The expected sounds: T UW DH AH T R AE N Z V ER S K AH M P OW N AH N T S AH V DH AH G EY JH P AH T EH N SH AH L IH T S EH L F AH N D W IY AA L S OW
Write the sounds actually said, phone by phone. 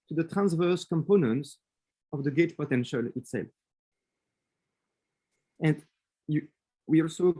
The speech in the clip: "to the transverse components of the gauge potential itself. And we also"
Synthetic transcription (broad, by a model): T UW DH AH T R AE N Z V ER S K AH M P OW N AH N T S AH V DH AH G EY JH P AH T EH N SH AH L IH T S EH L F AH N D W IY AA L S OW